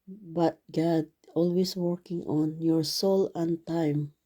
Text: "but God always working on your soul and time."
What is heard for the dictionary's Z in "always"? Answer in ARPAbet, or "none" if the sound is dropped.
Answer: S